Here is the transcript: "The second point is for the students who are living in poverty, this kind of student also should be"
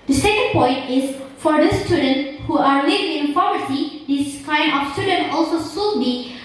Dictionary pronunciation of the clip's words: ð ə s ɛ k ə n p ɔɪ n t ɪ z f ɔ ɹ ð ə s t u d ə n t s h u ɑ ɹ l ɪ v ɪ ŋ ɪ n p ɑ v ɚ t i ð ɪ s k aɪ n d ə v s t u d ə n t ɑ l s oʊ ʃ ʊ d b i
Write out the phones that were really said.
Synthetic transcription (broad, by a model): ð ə s ɛ k ə n p ɔɪ n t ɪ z f ɔ ɹ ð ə s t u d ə n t h u ɑ ɹ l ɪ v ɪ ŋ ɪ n f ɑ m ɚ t i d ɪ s k aɪ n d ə f s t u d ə n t ɑ l s oʊ s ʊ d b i